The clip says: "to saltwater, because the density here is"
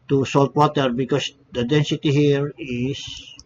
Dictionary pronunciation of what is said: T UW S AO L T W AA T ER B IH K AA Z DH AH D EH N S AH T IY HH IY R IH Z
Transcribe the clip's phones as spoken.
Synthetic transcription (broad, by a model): T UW S AO L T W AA T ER B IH K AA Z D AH D EH N S AH T IY HH IY R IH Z